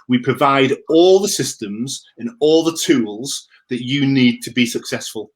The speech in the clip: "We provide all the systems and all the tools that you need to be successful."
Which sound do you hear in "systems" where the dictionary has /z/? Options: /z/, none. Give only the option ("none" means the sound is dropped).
/z/